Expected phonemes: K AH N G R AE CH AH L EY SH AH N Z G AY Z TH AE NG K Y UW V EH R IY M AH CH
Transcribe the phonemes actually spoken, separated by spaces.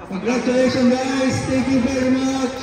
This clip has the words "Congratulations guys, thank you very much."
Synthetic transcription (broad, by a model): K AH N G R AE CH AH L EY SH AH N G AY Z T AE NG K Y UW V EH R IY M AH CH